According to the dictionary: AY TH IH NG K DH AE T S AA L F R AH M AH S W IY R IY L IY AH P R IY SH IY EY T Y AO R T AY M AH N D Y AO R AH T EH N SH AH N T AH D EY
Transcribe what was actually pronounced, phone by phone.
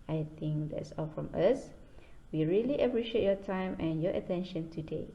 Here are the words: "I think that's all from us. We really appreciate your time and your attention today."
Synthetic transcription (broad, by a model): AY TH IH NG K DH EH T S AA L F R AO M AH S W IY R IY L IY AH P R IY SH IY EY T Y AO T AY M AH N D Y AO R AH T EH N SH AH N T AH D EY